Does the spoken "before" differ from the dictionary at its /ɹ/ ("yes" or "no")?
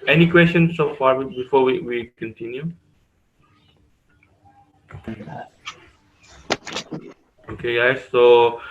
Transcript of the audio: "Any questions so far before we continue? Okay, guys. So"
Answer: yes